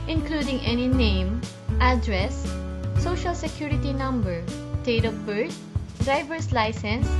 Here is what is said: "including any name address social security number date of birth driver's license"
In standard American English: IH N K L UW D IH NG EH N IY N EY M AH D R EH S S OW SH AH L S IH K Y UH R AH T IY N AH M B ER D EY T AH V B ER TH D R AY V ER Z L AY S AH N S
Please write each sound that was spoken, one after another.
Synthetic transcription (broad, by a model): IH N K L UW D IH NG EH N IY N EY M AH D R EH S S OW SH AH L S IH K Y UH R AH T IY N AH M B ER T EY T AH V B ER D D R AY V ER S L AY S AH N S